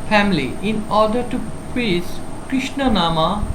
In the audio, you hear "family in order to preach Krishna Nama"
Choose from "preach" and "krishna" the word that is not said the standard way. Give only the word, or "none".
preach